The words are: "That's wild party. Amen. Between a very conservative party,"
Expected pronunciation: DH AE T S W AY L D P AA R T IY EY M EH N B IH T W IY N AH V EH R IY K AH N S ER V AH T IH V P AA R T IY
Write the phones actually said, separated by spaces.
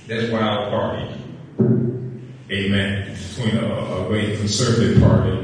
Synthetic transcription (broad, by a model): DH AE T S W AY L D P AA R T IY EY M EH N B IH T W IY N AH W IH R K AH N S ER V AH T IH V P AA R T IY